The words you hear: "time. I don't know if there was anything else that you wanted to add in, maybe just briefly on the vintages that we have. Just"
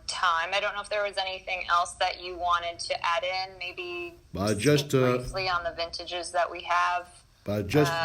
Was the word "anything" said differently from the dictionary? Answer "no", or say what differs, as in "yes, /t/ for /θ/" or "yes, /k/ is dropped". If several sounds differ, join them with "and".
no